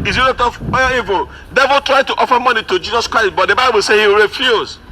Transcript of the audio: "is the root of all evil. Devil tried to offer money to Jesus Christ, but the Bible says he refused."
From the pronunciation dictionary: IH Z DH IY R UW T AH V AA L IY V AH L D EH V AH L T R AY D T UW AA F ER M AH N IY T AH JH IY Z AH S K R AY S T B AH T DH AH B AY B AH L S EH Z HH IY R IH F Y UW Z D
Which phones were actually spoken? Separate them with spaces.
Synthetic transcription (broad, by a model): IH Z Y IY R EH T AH W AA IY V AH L D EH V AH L T R AY D T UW AA F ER M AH N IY T AH JH IY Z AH S K R AY S T B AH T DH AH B AY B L S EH HH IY R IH F Y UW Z